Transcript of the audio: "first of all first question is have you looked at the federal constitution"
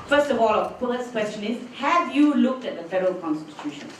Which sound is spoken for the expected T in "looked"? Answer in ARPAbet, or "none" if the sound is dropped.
T